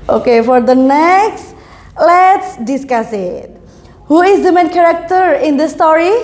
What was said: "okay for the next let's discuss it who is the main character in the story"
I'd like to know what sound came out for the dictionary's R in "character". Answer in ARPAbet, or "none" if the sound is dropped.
R